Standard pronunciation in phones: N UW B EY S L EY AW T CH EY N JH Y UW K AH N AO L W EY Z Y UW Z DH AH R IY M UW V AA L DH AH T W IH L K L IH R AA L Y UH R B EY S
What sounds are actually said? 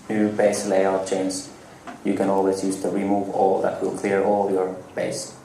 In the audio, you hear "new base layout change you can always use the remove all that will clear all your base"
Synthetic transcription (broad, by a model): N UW B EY S L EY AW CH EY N Z Y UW K AH N AO L W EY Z Y UW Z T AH R IY M UW V AA L DH AH T W IH L K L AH R AA L Y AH R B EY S